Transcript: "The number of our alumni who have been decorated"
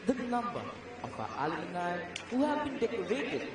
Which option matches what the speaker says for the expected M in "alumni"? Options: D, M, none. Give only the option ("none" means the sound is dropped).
none